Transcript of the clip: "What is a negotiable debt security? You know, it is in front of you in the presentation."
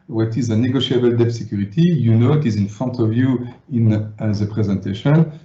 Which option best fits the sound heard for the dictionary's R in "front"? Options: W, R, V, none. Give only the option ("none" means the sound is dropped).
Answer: none